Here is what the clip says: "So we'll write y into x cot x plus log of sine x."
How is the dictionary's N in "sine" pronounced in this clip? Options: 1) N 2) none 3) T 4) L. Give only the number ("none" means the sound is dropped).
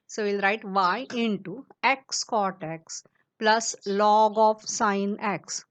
1